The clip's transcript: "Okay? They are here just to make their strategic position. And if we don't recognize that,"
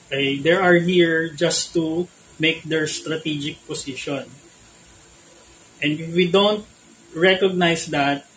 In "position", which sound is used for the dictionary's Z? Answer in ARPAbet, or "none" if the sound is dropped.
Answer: S